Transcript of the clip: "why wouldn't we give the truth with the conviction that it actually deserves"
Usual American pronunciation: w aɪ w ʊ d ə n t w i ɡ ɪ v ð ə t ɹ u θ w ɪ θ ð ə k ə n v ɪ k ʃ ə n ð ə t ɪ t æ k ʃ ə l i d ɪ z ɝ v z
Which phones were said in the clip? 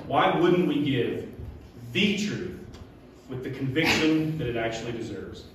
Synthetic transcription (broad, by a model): w aɪ w ʊ d n t w i ɡ ɪ v ð ə t ɹ u θ w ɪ ð ə k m v ɪ k ʃ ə n ð ə t ɪ t æ k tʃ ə l i d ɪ z ɝ v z